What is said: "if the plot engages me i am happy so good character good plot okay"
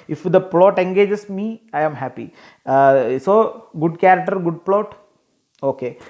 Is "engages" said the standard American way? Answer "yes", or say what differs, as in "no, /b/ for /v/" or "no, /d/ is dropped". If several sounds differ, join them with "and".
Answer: no, /s/ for /z/